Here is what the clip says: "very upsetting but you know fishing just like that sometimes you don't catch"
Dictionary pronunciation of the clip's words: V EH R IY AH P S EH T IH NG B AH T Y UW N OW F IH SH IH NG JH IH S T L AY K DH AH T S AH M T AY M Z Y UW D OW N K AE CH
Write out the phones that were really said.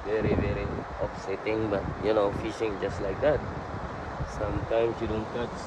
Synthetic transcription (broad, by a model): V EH R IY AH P S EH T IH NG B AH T Y UW N OW F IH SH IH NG JH IH S T L AY K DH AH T S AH M T AY M S Y UW D OW N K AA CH